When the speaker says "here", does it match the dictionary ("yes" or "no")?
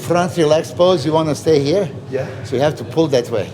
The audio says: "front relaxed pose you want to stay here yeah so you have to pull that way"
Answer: yes